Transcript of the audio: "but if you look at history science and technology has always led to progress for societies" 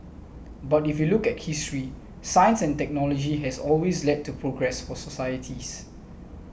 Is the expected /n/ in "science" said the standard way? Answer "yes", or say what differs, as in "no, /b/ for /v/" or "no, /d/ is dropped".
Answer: yes